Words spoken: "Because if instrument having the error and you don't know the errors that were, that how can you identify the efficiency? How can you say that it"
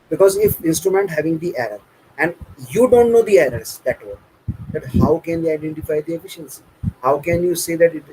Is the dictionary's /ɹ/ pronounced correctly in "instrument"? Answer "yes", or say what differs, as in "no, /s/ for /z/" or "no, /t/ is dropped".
yes